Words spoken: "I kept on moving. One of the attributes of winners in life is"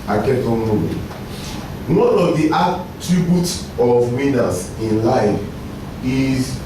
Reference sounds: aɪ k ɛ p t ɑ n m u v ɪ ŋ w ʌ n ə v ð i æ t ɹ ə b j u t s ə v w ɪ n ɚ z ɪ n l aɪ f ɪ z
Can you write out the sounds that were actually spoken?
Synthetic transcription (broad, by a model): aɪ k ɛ t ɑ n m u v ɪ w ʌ n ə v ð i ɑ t ɹ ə b j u t s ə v w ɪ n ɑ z ɪ n l aɪ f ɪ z